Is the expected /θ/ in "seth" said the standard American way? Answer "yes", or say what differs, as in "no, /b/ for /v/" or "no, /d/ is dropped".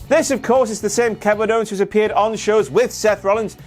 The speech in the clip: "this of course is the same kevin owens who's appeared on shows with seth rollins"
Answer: yes